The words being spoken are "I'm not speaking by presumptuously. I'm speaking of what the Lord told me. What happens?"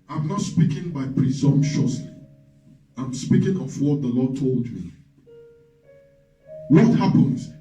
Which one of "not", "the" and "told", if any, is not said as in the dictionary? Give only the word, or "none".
none